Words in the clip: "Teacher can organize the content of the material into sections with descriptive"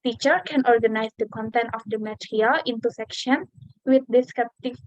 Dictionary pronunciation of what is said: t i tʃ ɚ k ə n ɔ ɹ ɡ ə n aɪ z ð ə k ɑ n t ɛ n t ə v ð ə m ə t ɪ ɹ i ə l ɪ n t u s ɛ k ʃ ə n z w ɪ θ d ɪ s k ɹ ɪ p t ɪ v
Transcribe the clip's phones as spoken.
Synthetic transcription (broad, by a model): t i tʃ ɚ k ə n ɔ ɹ ɡ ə n aɪ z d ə k ɑ n t ɛ n t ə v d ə m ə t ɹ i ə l ɪ n t u s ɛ k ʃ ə n w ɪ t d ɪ s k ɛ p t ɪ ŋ